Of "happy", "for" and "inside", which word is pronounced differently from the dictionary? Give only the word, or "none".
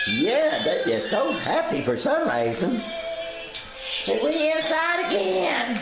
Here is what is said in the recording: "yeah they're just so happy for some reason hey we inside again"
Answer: none